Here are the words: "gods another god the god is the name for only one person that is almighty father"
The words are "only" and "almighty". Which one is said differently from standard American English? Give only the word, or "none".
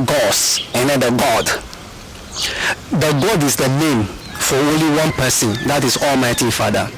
none